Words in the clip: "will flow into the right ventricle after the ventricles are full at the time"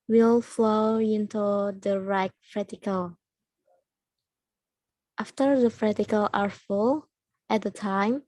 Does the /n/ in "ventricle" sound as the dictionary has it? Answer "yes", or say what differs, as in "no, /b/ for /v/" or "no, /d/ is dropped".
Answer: no, /n/ is dropped